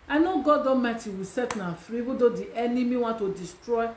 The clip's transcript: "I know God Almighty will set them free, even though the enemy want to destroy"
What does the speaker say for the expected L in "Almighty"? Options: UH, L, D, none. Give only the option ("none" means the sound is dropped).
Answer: none